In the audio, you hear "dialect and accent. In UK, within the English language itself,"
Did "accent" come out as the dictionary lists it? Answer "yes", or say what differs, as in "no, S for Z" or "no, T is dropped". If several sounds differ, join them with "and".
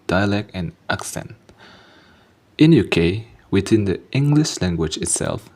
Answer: yes